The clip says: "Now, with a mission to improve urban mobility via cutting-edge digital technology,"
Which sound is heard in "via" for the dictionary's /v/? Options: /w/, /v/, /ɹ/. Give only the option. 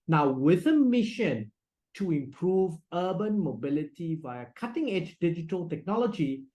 /v/